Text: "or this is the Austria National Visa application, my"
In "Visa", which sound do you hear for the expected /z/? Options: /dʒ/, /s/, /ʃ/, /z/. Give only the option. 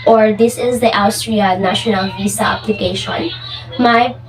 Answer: /s/